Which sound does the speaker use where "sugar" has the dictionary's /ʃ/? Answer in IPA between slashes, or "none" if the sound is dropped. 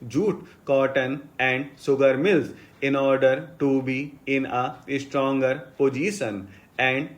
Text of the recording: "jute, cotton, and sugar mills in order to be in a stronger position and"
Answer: /s/